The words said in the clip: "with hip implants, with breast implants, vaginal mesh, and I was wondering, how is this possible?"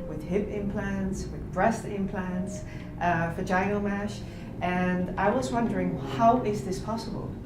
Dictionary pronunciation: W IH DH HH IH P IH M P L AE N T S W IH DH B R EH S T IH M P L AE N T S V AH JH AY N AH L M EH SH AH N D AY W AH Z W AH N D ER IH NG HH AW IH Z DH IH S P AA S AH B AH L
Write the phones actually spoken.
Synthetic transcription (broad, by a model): W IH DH HH IH P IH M P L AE N T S W IH DH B R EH S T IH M P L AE N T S F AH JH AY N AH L M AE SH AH N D AY W AH Z W AH N D ER IH NG HH AW IH Z DH IH S P AA S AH B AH L